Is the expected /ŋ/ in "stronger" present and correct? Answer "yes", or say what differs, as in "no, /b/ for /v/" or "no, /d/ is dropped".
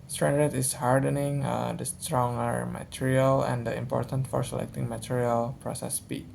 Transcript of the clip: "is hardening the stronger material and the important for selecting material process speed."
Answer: yes